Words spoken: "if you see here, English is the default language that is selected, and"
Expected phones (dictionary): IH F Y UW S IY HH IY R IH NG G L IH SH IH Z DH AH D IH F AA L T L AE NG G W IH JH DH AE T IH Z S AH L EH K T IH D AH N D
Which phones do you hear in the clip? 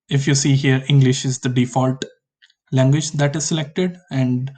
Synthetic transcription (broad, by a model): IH F Y UW S IY HH IY R IH NG G L IH SH IH Z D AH D IH F AA L T L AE NG G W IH JH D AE T IH Z S AH L EH K T IH D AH N D